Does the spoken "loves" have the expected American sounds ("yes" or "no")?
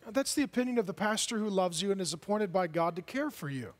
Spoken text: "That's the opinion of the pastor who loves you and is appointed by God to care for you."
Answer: yes